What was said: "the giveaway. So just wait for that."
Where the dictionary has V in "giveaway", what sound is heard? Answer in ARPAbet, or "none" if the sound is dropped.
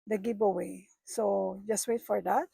P